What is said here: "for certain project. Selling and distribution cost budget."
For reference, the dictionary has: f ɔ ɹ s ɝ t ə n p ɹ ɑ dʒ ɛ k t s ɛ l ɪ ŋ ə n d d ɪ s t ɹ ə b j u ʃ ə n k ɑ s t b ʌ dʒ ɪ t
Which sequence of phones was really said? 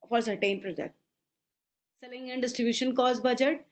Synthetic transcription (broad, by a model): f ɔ ɹ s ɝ t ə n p ɹ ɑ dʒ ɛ t s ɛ l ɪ ŋ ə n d d ɪ s t ɹ ə b j u ʃ ə n k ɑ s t b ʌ dʒ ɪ t